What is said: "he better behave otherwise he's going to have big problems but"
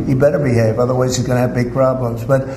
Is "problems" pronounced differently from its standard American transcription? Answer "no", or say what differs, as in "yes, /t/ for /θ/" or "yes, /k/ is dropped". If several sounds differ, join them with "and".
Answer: no